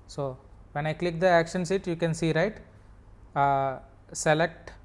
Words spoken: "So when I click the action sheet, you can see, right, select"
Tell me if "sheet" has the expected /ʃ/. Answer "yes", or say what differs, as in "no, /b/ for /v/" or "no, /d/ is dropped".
no, /s/ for /ʃ/